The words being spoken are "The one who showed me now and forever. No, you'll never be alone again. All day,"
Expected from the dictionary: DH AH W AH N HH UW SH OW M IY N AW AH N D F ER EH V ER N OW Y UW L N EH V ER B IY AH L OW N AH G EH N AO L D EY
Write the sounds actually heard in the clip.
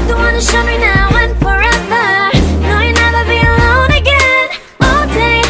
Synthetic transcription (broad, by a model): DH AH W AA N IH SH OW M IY N AW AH N F ER EH V ER N OW Y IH N EH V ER B IY AH L OW N AH G EH N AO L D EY